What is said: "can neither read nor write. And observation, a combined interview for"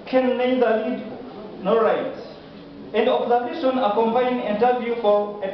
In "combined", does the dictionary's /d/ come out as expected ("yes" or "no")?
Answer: no